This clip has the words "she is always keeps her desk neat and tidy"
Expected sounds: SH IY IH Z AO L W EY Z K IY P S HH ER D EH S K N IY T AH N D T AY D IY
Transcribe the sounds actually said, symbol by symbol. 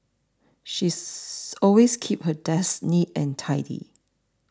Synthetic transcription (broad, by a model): SH IY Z AO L W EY S K IY P HH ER D EH S N IY T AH N T AY D IY